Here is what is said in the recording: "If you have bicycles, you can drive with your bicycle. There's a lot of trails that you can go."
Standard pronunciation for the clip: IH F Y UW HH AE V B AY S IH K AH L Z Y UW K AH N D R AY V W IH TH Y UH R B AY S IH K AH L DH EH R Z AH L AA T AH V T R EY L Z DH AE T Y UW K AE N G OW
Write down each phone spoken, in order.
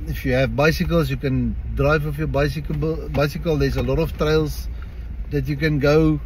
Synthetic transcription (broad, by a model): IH F Y UW HH AE V B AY S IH K AH L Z Y UW K AH N D R AY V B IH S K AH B B AY S IH K AH L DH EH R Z AH L AA T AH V T R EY L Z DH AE T Y UW K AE N G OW